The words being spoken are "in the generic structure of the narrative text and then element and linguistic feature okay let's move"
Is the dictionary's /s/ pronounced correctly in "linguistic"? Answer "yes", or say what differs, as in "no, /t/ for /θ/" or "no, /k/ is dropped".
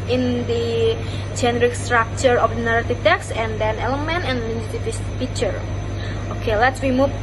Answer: no, /s/ is dropped